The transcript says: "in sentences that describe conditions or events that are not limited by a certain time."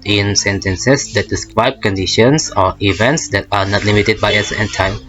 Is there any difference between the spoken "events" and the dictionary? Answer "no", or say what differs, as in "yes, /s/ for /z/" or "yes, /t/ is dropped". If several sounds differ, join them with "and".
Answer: no